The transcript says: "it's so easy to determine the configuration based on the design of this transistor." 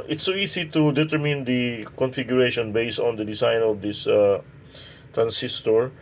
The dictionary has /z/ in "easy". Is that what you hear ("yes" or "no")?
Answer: no